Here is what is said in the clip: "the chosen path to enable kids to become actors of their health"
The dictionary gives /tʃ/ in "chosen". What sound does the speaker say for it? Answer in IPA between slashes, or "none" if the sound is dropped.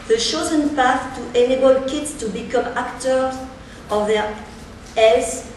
/ʃ/